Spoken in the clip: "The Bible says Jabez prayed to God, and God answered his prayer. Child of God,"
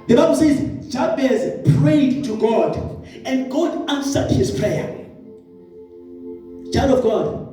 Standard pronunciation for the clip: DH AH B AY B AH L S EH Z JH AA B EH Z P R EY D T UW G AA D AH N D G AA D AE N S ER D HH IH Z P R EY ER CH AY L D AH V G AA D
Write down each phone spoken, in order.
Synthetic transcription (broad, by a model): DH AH B AY B AH L S EH Z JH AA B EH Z P R EY D T UW G AA D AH N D G AA D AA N S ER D HH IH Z P R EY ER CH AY D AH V G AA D